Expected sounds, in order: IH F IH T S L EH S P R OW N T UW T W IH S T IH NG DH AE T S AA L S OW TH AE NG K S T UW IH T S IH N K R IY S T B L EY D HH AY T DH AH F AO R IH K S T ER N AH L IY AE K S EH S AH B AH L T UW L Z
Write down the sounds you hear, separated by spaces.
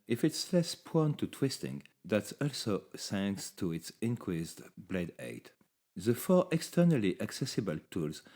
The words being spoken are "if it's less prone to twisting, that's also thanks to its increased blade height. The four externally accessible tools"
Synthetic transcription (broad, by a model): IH F IH T S L EH S P OW N T UW T W IH S T IH NG DH AE T S AA L S OW S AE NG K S T UW IH T S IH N K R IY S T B L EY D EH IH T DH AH F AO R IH K S T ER N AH L IY AE K S EH S AH B AH L T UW L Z